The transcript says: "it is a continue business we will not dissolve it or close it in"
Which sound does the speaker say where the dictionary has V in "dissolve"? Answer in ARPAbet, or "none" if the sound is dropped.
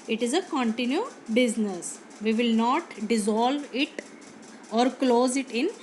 V